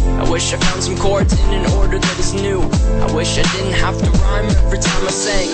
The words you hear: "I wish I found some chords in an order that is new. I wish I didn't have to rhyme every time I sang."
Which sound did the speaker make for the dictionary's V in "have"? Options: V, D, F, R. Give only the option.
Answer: F